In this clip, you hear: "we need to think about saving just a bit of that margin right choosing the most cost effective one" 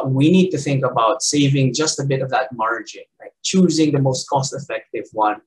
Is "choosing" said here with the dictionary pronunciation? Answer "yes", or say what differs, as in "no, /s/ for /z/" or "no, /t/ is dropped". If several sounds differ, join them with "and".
yes